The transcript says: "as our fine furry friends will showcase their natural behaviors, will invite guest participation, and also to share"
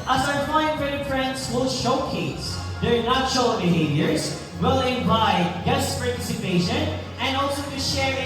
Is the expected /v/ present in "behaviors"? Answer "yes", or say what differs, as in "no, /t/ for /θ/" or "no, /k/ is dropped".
yes